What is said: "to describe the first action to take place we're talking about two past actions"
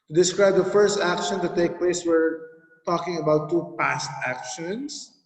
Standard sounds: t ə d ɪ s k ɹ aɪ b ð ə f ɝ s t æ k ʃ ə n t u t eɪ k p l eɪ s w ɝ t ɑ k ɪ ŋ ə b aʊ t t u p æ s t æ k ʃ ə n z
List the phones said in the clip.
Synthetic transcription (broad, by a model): t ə d ɪ s k ɹ aɪ b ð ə f ɝ s t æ k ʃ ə n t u t eɪ k p l eɪ s w ɝ t ɑ k ɪ ŋ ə b aʊ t t u p æ s t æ k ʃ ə n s